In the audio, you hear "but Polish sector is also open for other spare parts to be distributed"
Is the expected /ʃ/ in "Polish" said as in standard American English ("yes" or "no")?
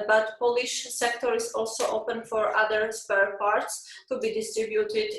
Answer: yes